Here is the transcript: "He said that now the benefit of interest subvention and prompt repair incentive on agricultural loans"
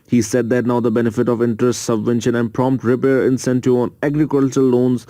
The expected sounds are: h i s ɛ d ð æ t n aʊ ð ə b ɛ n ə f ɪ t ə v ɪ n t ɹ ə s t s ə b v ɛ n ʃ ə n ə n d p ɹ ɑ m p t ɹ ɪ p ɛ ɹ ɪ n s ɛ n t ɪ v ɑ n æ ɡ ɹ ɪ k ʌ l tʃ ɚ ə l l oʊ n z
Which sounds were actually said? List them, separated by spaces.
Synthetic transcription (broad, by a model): h i s ɛ d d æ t n aʊ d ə b ɛ n ə f ɪ t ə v ɪ n t ɹ ə s t s ə b v ɛ n ʃ ə n ə n d p ɹ ɑ m p t ɹ ɪ p ɛ ɹ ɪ n s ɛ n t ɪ ɑ n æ ɡ ɹ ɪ k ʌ l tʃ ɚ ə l l oʊ n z